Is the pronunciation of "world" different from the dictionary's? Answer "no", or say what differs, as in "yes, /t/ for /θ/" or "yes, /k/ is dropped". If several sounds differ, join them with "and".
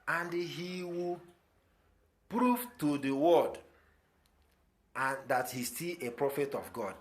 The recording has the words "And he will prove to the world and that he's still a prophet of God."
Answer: yes, /l/ is dropped